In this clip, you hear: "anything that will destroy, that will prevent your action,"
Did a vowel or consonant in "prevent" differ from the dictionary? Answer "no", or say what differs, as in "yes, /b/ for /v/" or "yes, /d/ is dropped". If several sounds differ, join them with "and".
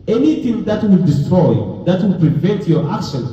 no